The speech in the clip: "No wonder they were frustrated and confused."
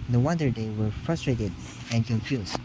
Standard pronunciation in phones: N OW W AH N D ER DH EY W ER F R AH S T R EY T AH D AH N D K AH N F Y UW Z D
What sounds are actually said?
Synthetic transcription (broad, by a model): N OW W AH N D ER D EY W ER F R AH S T R EY T AH D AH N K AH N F Y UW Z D